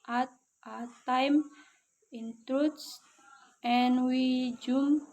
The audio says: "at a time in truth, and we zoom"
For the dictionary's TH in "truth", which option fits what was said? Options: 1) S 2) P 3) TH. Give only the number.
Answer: 1